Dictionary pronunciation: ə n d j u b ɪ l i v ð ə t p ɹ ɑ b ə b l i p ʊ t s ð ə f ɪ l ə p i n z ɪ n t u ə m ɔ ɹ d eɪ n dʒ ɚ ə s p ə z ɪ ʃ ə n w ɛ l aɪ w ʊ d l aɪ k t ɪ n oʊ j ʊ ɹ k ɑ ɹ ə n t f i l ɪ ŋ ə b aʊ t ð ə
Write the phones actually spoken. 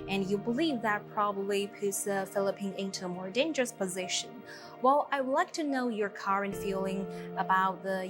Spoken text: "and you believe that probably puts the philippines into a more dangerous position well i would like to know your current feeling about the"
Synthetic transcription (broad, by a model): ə n j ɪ b ɪ l i v ð ə t p ɹ ɑ b ə b l i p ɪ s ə f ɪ l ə p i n ɪ n t u ə m ɔ ɹ d eɪ n dʒ ɚ ə s p ə z ɪ ʃ ə n w ɛ l aɪ w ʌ d l aɪ k t ɪ n oʊ j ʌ ɹ k ɑ ɹ ə n t f i l ɪ ŋ ə b aʊ t ð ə